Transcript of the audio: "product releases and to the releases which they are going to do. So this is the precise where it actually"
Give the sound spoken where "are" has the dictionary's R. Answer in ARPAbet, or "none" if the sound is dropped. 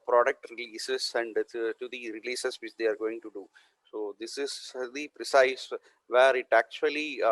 R